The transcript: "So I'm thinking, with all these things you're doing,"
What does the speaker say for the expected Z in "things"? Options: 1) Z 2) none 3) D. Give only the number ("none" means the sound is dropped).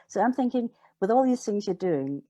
1